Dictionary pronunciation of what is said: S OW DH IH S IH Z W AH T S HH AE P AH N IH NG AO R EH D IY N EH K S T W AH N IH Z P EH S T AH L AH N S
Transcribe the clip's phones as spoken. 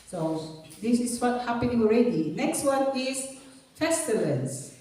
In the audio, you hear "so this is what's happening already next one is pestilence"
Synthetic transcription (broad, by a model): S OW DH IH S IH S W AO T HH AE P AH N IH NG AO R EH D IY N EH K S T W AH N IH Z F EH S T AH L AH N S